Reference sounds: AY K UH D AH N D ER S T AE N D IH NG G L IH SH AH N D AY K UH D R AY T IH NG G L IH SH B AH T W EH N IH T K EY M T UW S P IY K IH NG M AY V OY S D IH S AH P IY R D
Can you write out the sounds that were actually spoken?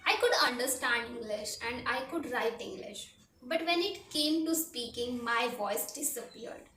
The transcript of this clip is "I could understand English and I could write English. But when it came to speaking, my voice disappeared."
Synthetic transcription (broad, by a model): AY K UH D AH N D ER S T AE N D IH NG G L IH SH AH N D AY K UH D R AY T IH NG G L IH SH B AH T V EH N IH T K EY M T UW S P IY K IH NG M AY V OY S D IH S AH P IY R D